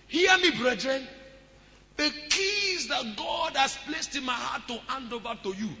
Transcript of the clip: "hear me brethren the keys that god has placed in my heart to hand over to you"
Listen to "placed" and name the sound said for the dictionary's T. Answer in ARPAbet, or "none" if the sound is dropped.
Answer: T